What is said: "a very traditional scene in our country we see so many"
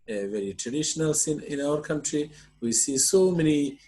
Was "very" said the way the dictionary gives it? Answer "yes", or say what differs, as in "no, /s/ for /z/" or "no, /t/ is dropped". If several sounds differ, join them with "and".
yes